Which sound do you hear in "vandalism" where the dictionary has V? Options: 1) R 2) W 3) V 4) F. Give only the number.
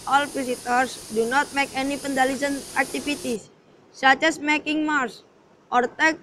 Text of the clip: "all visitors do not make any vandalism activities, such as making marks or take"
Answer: 4